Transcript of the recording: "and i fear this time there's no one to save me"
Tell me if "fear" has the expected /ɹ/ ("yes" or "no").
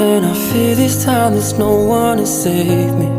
no